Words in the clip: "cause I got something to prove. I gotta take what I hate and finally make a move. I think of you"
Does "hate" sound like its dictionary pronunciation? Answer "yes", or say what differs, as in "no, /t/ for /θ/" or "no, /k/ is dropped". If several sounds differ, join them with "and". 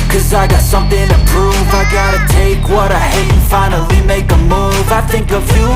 no, /t/ is dropped